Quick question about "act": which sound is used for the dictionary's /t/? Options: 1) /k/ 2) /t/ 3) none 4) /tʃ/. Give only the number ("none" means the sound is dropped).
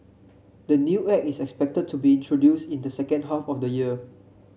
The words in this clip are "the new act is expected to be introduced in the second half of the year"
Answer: 3